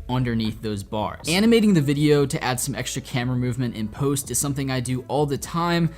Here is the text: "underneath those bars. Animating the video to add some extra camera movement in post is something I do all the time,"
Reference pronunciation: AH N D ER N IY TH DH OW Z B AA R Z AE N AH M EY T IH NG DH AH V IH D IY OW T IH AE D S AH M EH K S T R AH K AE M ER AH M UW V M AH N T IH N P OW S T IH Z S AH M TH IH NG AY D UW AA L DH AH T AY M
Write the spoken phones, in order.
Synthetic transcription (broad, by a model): AH N D ER N IY TH DH OW Z B AA R Z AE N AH M EY T IH NG DH AH V IH D IY OW T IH AE D S AH M EH K S T R AH K AE M ER AH M UW V M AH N T IH N P OW S T IH Z S AH M TH IH NG AY D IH AA L DH AH T AY M